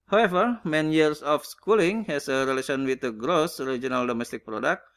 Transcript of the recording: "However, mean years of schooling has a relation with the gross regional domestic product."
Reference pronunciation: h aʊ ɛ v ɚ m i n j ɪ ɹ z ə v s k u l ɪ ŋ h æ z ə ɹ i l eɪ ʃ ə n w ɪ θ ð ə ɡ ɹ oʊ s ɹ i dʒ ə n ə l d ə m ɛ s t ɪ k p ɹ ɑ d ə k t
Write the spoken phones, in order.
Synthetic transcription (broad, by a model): h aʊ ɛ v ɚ m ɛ n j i ɹ s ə f s k u l ɪ ŋ h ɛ s ə ɹ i l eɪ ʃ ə n w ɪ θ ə ɡ ɹ oʊ s ɹ i dʒ ə n ə l d ə m ɛ s t ɪ k p ɹ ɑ d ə k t